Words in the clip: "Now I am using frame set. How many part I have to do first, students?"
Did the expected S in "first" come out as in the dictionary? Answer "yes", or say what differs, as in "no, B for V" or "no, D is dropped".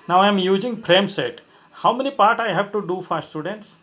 no, S is dropped